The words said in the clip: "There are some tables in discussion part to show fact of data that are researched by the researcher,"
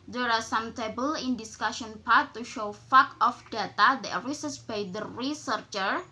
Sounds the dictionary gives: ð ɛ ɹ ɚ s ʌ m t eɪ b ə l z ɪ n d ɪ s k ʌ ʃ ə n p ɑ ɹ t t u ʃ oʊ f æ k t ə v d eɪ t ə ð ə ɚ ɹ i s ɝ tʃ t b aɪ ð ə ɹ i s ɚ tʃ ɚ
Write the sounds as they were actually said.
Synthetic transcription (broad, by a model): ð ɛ ɹ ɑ s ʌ m t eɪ b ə l ɪ n d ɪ s k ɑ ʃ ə n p ɑ ɹ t t u ʃ oʊ f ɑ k ə f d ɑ t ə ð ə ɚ ɹ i s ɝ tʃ b aɪ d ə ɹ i s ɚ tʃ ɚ